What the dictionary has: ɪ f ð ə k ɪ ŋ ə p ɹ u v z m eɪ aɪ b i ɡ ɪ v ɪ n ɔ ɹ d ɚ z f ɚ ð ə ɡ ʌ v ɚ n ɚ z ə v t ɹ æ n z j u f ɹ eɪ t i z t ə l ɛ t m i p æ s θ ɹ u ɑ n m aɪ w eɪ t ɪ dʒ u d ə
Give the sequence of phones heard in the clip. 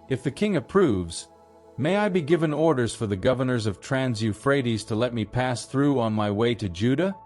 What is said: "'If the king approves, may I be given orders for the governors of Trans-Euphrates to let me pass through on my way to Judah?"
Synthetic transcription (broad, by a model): ɪ f ð ə k ɪ ŋ ə p ɹ u v z m eɪ aɪ b i ɡ ɪ v ɪ n ɔ ɹ d ɚ z f ɚ ð ə ɡ ʌ v ɚ n ɚ z ə v t ɹ æ n z j u f ɹ eɪ t i z t ə l ɛ t m i p æ s θ ɹ u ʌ n m aɪ w eɪ t ɪ dʒ u d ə